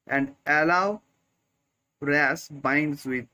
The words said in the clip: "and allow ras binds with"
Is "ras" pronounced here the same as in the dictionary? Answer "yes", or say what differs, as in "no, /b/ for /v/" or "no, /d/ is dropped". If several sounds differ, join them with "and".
yes